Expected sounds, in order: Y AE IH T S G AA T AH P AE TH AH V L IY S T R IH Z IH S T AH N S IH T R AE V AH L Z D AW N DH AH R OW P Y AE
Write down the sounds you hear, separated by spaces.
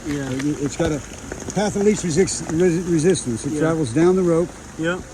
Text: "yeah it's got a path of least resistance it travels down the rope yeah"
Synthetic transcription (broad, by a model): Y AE IH T S G AA T AH P AE TH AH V L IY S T R IH Z IH S T AH N S IH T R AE V L Z D AW N DH AH R OW P Y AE